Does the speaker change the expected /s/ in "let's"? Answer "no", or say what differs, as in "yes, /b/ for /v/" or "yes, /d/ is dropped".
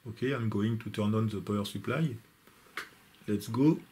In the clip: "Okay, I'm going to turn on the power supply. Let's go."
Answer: no